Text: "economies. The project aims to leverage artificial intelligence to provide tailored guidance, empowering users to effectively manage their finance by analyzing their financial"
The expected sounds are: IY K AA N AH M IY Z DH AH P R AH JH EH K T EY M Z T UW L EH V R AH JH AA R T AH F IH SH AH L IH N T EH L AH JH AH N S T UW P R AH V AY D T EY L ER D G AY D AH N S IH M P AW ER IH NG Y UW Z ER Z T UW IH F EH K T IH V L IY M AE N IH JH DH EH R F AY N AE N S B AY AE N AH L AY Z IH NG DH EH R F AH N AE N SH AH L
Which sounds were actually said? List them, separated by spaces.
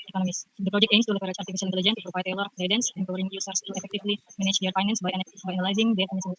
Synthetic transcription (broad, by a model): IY K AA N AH M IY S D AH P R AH JH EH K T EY M S T UW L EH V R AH CH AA R T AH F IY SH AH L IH N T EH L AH JH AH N T UW P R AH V AY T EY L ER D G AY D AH N S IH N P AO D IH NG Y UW S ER S T UW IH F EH K T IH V L IY M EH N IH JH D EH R F AY N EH N S B AY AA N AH L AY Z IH NG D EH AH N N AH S